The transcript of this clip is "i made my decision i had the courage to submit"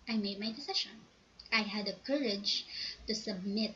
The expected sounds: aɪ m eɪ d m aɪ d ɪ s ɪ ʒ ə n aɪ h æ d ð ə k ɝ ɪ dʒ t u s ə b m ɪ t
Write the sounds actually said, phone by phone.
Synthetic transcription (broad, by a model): aɪ m eɪ d m aɪ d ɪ s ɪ ʃ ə n aɪ h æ d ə k ɝ ɪ dʒ t u s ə b m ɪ t